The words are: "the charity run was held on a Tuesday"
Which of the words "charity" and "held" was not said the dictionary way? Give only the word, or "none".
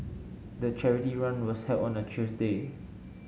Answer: held